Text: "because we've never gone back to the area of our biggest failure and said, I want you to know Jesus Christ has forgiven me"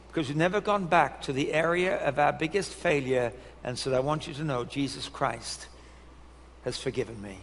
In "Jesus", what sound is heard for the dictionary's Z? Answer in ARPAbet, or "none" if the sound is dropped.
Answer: Z